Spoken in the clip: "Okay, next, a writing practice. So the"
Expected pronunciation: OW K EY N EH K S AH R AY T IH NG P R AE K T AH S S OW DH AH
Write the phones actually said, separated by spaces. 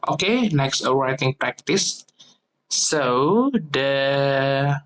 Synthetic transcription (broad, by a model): OW K EY N EH K S AH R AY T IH NG P R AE K T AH S S OW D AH